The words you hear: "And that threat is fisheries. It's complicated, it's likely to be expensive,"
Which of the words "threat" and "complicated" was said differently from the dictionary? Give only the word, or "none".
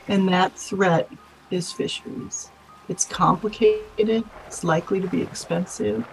none